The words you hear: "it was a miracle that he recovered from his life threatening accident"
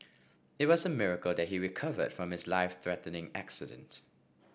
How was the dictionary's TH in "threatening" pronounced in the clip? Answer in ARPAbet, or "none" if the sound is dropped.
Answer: TH